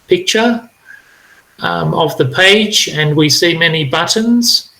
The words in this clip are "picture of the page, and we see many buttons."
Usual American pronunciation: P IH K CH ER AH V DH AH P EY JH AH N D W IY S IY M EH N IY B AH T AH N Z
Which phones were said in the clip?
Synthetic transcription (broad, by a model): P IH K CH ER AH V DH AH P EY JH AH N W IY S IY M EH N IY B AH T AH N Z